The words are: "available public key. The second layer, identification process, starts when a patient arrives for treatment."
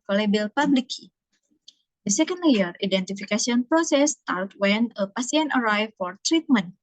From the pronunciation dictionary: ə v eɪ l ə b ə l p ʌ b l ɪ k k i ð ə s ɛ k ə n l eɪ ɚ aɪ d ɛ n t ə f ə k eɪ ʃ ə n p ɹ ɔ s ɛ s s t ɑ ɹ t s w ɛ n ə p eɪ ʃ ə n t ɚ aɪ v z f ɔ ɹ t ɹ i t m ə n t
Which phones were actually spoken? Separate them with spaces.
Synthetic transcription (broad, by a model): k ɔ l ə b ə l p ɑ b l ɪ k k i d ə s ɛ k ə n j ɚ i d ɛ n t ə f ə k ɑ s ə n p ɹ ɔ s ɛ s s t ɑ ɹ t w ɛ n ə p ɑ s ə n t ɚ aɪ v f ɔ ɹ t ɹ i t m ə n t